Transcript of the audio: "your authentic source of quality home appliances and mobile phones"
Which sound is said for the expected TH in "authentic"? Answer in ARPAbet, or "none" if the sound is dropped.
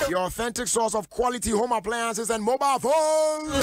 TH